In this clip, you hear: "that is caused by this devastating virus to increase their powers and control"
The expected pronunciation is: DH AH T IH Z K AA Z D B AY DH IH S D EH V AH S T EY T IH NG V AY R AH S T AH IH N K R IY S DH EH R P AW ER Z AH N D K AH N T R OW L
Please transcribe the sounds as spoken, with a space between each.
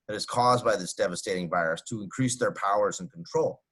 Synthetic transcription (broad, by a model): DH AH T IH Z K AA Z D B AY DH IH S D EH V AH S T EY T IH NG V AY R AH S T AH IH N K R IY S DH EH R P AW ER Z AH N K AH N T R OW L